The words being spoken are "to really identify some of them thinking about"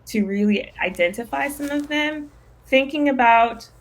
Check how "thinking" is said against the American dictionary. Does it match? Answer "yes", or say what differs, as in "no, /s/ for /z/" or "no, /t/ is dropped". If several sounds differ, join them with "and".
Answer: yes